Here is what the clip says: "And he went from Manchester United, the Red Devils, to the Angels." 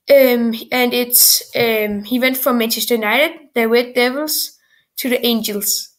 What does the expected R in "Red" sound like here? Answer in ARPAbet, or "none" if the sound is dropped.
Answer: W